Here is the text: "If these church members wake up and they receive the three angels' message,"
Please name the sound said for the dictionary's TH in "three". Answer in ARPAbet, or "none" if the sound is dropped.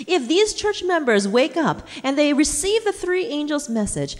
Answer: TH